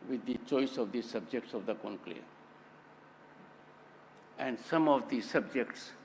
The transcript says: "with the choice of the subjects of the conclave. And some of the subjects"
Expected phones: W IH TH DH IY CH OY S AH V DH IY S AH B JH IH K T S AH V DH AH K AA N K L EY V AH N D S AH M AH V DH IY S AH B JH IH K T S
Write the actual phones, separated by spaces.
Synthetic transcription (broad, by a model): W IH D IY CH OY S AH V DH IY S AH B JH IH K T S AH V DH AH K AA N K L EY AH N D S AH M AH V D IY S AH B JH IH K T S